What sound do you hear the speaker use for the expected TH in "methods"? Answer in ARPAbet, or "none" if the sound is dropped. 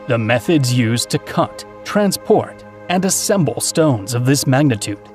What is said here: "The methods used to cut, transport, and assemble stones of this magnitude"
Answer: TH